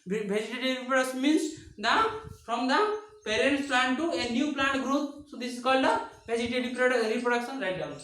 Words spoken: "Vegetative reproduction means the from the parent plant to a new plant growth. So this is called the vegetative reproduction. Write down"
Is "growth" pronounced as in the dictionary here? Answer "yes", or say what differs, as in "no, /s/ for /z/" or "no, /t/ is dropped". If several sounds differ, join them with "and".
no, /t/ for /θ/